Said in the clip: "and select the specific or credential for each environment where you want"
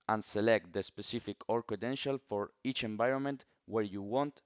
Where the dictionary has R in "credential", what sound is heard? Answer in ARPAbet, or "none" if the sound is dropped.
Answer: none